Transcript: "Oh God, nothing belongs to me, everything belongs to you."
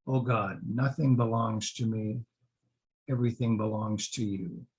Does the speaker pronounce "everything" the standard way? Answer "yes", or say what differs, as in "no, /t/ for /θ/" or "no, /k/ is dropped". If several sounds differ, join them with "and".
yes